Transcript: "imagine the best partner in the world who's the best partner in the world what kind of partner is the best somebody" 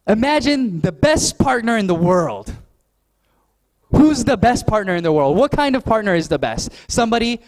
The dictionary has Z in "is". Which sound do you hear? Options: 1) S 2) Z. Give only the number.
2